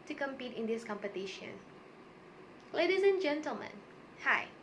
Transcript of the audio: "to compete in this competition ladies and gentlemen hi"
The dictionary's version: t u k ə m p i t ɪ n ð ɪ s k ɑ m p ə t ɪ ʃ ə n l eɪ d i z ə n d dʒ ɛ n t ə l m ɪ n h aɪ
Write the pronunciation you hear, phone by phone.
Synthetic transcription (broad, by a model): t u k ə m p i t ɪ n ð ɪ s k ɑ m p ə t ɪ ʃ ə n l eɪ d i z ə n dʒ ɛ n t ə l m ɪ n h aɪ